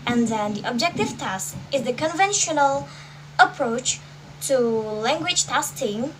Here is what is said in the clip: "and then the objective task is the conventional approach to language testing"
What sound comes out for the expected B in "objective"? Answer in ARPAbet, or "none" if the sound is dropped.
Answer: B